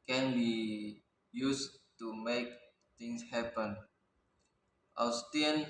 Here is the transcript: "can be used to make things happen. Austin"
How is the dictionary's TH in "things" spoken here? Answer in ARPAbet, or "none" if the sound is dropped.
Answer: T